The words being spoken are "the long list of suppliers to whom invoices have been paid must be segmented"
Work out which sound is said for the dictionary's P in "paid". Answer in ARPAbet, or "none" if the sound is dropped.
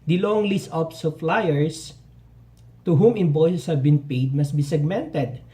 P